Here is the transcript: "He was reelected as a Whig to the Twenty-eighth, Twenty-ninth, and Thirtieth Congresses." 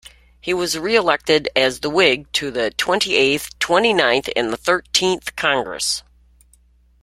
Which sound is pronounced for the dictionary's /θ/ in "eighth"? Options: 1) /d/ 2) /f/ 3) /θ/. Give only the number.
3